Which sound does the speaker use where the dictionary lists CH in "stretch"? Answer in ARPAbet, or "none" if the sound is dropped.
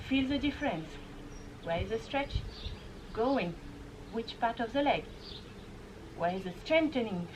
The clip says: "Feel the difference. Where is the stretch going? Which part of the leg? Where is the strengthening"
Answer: CH